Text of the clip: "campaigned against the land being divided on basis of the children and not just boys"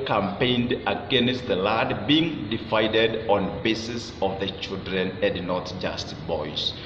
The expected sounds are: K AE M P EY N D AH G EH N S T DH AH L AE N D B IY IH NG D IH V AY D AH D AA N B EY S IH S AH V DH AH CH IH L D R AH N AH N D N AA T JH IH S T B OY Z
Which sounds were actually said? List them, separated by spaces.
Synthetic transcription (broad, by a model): K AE M P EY N D AH G EH N S T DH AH L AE D B IY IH NG D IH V AY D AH D AA N B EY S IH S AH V DH AH CH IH L D R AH N AH N D N AA T JH IH S T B OY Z